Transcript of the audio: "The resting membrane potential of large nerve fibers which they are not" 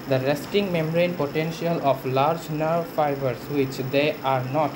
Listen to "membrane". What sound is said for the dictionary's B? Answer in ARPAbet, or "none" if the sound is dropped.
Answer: none